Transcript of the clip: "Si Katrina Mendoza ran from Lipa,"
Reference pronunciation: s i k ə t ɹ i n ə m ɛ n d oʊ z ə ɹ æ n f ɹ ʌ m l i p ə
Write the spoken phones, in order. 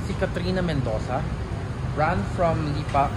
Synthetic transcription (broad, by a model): s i k ə t ɹ i n ə m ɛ n d oʊ s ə ɹ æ n f ɹ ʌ m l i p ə